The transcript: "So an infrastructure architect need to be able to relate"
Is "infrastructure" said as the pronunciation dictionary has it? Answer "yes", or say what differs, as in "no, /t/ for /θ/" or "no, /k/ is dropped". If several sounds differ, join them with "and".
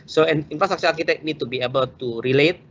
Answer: no, /s/ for /tʃ/